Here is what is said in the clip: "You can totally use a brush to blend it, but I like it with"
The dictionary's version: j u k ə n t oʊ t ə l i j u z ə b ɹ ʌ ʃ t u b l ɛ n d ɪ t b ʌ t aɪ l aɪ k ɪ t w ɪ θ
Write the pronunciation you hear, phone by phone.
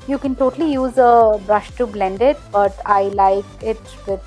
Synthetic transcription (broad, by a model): j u k ə n t oʊ t ə l i j u z ə b ɹ ʌ ʃ t u b l ɛ n d ɪ t b ʌ t aɪ l aɪ k ɪ t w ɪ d